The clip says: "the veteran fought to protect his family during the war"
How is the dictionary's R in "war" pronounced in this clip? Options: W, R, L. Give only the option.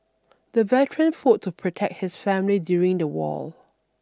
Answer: L